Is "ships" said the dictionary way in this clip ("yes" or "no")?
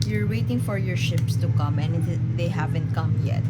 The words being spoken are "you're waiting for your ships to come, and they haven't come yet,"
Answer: yes